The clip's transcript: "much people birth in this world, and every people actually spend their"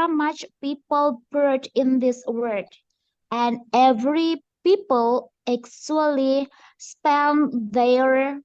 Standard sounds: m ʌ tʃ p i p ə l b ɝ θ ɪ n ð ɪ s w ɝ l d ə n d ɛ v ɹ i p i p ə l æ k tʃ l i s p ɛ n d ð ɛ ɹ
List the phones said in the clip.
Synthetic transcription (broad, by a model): m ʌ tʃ p i p ə l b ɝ t ɪ n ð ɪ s w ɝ d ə n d ɛ v ɹ i p i p ə l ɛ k s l i s p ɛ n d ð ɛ ɹ